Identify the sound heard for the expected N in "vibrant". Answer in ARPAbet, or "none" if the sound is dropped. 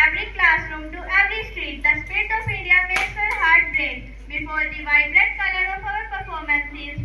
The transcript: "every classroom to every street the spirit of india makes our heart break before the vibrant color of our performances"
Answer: none